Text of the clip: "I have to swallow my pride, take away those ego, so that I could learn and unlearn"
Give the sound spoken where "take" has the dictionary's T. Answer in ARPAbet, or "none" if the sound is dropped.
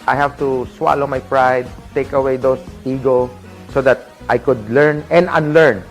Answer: T